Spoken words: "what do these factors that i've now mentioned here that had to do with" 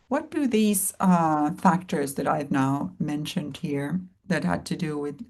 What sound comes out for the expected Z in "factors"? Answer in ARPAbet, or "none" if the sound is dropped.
Z